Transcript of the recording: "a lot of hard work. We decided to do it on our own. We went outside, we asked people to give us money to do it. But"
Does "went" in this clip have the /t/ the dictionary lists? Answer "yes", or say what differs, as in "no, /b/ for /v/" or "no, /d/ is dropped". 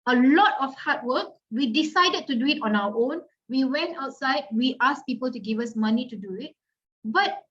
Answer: yes